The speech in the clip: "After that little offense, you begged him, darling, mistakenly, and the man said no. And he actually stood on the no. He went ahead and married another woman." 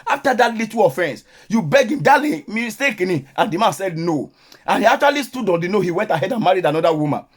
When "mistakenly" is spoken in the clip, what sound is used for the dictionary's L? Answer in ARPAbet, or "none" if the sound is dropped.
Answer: none